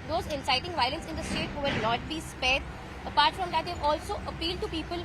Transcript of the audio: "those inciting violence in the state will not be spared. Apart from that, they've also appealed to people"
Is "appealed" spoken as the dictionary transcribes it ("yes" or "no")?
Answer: yes